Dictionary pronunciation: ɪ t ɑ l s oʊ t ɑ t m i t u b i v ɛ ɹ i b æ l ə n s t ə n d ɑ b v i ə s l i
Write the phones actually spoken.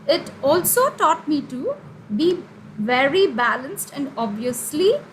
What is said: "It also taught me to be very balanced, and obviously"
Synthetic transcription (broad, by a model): ɪ t ɑ l s oʊ t ɑ t m i t u b i v ɛ ɹ i b æ l ə n s t ə n d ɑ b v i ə s l i